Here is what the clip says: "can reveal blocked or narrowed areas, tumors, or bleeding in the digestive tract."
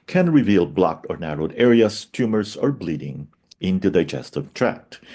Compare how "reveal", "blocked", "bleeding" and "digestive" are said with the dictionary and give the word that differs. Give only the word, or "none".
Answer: none